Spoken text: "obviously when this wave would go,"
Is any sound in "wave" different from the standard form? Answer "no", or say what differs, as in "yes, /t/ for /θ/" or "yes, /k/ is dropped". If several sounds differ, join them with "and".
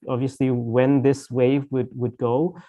no